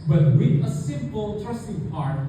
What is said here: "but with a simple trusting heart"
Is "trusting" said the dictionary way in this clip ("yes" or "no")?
no